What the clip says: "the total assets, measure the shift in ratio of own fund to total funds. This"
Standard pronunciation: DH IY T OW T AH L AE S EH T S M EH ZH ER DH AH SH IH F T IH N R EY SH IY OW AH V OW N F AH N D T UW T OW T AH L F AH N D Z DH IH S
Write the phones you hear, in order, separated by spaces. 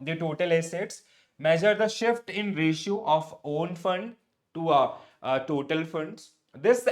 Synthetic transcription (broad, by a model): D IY T OW T AH L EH S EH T S M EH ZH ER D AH SH IH F T IH N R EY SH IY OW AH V OW N F AH N D T UW T OW T AH L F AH N D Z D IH S